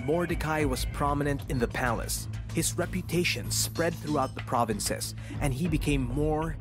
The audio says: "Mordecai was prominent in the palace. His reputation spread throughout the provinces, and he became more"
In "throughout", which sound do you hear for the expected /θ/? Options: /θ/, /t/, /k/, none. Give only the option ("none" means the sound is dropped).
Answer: /θ/